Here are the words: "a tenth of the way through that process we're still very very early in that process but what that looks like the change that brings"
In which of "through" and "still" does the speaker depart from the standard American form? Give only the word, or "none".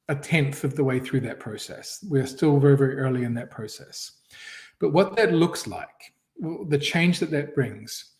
none